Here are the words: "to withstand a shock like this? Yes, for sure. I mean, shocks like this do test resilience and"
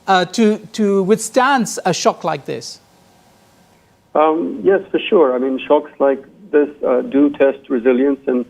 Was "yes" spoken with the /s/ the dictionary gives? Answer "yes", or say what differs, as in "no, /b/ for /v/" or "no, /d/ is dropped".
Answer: yes